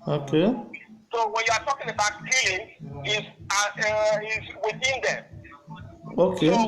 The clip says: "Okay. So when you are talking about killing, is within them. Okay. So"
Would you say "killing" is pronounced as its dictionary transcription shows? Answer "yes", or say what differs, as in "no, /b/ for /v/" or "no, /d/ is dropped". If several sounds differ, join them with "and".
no, /n/ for /l/